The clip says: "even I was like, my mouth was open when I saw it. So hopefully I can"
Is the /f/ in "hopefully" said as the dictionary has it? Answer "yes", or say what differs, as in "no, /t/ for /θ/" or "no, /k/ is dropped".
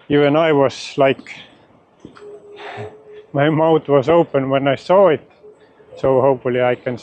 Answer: no, /f/ is dropped